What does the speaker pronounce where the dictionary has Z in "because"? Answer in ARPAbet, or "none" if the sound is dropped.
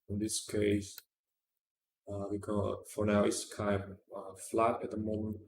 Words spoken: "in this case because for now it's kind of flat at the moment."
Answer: none